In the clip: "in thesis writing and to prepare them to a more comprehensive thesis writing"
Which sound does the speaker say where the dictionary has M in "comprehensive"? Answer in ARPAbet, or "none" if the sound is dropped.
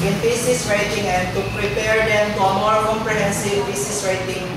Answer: none